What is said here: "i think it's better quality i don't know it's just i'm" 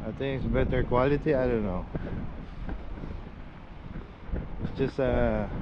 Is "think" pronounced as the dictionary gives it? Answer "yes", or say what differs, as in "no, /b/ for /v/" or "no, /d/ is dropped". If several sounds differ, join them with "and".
no, /t/ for /θ/